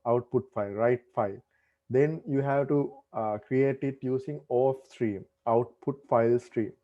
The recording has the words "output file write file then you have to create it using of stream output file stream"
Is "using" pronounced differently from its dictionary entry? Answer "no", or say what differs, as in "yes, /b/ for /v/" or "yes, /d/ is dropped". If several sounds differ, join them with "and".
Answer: yes, /s/ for /z/